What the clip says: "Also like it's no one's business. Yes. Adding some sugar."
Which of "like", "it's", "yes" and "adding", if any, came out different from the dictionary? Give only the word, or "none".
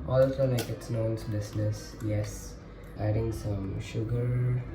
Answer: like